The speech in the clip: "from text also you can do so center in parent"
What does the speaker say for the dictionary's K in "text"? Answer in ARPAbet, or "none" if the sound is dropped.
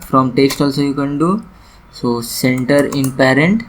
K